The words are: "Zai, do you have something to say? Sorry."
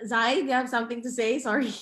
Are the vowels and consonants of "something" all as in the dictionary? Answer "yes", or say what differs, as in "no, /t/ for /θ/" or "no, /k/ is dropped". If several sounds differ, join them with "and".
yes